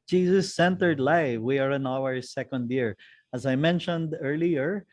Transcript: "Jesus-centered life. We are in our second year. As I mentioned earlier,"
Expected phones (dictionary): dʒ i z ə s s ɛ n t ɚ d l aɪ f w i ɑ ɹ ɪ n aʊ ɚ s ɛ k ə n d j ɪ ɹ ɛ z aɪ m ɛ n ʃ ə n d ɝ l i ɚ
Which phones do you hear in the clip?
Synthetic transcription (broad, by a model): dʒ i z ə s s ɛ n t ɚ d l aɪ f w i ɑ ɹ ɪ n aʊ ɚ s ɛ k ə n d j ɪ ɹ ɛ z aɪ m ɛ n ʃ ə n d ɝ l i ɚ